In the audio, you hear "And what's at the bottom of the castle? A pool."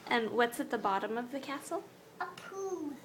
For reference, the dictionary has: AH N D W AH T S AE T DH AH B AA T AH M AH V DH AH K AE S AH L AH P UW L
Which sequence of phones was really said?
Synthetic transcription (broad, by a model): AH N W AH T S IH T DH AH B AA T AH M AH V DH AH K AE S L AH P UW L